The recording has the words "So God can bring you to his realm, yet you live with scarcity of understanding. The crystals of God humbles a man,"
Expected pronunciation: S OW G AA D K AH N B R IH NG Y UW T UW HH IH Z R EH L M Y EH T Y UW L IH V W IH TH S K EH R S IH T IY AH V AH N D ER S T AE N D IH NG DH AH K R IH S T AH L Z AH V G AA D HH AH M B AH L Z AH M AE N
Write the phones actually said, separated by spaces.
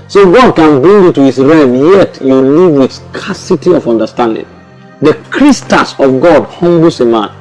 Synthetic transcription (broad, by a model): S OW G AA D K AH N B R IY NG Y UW T UW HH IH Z R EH M Y EH T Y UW L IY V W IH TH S K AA S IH T IY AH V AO N D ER S T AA N D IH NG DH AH K R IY S T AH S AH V G AA D HH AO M B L S AH M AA N